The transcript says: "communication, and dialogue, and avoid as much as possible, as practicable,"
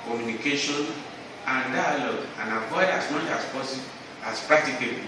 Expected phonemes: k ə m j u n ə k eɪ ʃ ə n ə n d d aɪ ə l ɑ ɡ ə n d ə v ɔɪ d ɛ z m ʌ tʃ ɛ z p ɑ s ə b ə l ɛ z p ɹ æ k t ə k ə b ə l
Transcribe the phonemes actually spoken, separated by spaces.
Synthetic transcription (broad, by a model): k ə m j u n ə k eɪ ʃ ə n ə n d d aɪ ə l ɑ ɡ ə n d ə p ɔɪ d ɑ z m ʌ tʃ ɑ s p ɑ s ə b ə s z p ɹ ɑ k t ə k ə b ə